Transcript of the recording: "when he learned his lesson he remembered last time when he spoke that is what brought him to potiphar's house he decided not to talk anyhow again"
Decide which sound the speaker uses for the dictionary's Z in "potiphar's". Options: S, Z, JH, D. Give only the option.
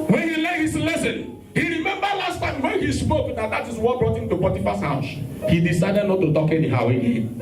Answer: S